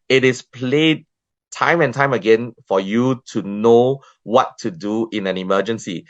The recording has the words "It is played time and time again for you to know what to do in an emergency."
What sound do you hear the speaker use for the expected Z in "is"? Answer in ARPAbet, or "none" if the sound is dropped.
S